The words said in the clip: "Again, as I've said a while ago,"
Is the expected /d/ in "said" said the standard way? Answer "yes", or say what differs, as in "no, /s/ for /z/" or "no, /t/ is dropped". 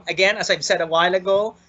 yes